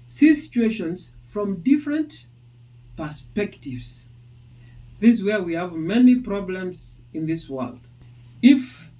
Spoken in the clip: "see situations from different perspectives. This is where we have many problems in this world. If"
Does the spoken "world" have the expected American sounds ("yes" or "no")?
yes